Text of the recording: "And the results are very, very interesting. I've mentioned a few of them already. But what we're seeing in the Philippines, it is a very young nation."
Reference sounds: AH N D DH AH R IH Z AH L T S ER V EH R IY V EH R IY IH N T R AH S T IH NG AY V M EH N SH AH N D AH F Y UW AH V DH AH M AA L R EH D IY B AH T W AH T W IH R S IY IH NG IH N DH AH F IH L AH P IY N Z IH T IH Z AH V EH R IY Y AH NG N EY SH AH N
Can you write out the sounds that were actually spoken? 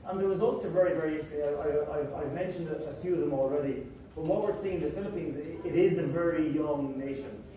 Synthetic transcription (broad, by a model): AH N DH AH R IH Z AH L T S ER V EH R IY V EH R IY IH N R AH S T IH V AY V M EH N SH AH N D AH F Y UW AH V DH AH M AA L R EH D IY B AH T W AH T W IH R S IY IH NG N DH AH F IH L AH P IY N Z IH T IH Z AH V EH R IY Y AH NG N EY SH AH N